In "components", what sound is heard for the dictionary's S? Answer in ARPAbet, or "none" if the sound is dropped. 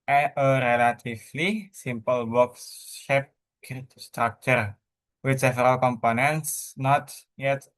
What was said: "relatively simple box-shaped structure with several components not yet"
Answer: S